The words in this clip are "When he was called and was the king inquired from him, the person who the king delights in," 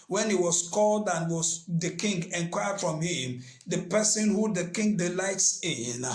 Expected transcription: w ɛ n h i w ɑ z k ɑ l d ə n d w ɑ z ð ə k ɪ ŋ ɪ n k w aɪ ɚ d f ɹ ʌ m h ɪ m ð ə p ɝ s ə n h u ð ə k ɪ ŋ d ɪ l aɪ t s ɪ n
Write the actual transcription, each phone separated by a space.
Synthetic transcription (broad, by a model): w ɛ n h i w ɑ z k ɑ l d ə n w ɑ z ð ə k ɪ ŋ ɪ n k w aɪ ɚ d f ɹ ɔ m h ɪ m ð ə p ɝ s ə n h u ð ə k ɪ ŋ d ɪ l aɪ t s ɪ n